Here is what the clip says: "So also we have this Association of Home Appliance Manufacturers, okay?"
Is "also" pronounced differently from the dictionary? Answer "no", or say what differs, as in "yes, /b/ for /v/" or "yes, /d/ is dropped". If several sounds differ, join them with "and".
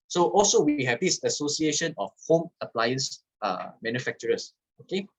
no